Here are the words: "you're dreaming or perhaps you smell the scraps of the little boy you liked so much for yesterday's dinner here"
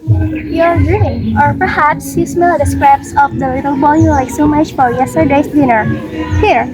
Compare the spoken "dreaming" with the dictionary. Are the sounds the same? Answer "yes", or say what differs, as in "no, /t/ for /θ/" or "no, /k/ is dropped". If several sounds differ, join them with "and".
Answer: no, /m/ is dropped